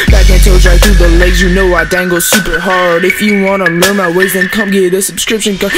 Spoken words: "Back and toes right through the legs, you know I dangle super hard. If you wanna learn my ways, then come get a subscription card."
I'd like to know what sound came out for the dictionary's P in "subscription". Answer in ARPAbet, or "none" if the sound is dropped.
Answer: P